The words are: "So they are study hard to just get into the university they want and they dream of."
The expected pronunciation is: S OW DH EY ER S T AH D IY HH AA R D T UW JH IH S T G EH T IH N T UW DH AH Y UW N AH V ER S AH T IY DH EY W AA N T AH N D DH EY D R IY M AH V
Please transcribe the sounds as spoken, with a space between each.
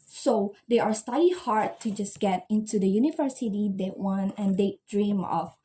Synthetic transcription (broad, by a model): S OW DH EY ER S T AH D IY HH AA R D T UW JH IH S G EH T IH N T UW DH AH Y UW N AH V ER S AH T IY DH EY W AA N AH N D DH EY D R IY M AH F